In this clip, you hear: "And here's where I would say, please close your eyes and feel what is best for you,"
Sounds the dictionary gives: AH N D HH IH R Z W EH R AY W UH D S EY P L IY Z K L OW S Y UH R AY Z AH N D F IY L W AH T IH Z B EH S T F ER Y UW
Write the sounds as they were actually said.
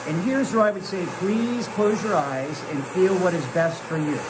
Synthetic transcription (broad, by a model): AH N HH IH R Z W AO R AY W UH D S EY P L IY Z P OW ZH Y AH R AY Z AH N F IY L W AH T IH Z B EH S T F ER Y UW